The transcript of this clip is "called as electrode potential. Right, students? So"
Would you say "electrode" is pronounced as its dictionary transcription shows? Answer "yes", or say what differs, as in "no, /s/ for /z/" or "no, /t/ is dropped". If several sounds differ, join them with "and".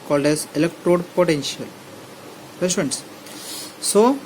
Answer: yes